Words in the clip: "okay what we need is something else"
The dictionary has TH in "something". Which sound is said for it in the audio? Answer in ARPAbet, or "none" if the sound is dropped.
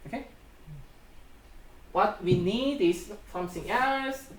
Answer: S